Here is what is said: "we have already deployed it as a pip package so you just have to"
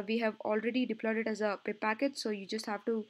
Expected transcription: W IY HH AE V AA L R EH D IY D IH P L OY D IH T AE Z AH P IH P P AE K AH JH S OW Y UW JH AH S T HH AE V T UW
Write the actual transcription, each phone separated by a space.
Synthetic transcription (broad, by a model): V IY HH AE V AA L R EH D IY D IH P L OY D IH T AE Z AH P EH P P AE K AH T S OW Y UW JH AH S T HH AE V T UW